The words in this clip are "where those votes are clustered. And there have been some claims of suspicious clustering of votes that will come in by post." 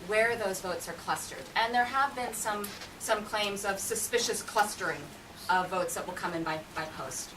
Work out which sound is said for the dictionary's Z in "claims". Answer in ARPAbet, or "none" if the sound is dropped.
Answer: Z